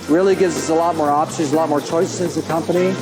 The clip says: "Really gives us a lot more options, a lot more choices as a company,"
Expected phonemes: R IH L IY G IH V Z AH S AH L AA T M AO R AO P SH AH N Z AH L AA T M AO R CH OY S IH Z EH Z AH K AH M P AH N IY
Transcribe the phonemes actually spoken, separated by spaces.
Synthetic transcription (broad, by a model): R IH L IY G IH V Z AH S AH L AA T M AO R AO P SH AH Z AH L AA T M AO R CH OY S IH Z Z AH K AH M P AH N IY